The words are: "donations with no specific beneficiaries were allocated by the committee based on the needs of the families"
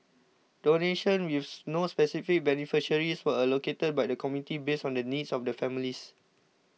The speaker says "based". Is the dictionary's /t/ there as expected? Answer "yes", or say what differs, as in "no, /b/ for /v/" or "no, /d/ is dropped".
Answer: no, /t/ is dropped